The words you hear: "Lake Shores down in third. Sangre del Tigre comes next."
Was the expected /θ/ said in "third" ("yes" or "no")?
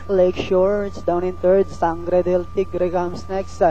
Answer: no